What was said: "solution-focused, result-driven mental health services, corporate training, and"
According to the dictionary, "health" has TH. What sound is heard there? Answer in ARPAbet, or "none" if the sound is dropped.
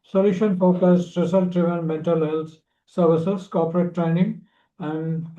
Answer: S